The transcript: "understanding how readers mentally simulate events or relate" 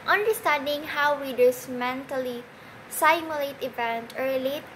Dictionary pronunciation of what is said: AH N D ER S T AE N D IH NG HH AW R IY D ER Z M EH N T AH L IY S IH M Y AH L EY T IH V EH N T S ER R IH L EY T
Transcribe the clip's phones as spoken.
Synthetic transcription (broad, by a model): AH N D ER S T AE N D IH NG HH AW W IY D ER S M EH N T AH L IY S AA M Y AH L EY T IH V EH N T ER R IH L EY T